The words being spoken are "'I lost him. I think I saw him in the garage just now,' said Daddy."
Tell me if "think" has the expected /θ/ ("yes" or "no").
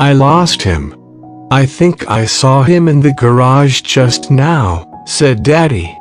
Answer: yes